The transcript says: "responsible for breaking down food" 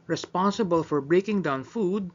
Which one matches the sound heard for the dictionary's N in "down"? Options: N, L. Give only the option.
N